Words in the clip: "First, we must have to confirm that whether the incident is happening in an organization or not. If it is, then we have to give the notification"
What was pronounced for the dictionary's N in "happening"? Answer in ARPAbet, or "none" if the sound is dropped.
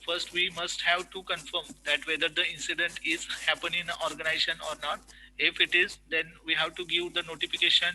none